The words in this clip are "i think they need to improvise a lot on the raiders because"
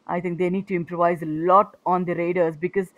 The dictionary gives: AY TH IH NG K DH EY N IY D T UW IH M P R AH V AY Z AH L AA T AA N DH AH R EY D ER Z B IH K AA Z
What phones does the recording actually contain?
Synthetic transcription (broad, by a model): AY T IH NG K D EY N IY D T UW IH M P R AH V AY Z AH L AA T AA N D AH R EY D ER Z B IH K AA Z